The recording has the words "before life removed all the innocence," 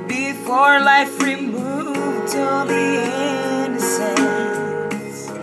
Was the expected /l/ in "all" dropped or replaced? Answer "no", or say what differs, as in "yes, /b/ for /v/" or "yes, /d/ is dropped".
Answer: yes, /n/ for /l/